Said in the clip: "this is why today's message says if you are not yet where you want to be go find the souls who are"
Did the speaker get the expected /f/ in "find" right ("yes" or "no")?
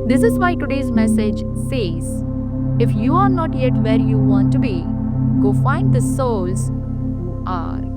yes